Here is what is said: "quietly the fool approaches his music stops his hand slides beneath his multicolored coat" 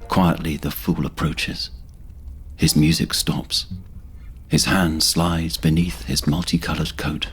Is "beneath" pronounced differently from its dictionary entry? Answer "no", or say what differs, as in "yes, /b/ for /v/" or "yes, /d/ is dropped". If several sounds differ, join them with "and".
no